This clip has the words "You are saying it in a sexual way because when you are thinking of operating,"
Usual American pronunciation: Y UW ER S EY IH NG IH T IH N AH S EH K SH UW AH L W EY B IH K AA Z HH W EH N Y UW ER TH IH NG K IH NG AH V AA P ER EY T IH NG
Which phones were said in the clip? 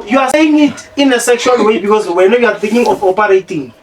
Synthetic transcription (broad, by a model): Y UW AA S EY IH NG IH T IH N AH S EH K SH UW AH L W EY B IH K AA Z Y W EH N Y UW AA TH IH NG K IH NG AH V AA P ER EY T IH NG